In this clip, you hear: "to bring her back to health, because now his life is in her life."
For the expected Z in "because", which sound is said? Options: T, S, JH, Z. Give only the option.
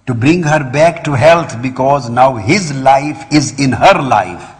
Z